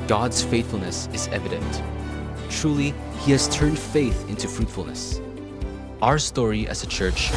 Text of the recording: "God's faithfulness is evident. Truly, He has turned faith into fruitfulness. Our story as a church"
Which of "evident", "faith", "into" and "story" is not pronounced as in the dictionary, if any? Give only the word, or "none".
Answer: none